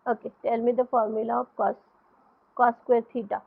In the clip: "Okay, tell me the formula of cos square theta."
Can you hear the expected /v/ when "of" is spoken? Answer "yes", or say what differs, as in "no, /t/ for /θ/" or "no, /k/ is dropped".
no, /p/ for /v/